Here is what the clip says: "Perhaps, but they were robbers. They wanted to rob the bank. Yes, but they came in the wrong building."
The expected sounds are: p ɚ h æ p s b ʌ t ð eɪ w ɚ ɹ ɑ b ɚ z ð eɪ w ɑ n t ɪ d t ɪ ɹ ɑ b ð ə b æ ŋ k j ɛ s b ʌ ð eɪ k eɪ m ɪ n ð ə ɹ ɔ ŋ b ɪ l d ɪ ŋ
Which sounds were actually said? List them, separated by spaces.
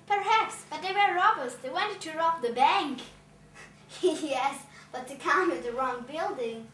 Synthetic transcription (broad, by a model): p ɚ h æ p s b ʌ t ð eɪ w ɚ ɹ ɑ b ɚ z ð eɪ w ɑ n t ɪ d t ɪ ɹ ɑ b ð ə b æ ŋ k j ɛ s b ʌ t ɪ k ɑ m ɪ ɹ ð ə ɹ ɔ ŋ b ɪ l d ɪ ŋ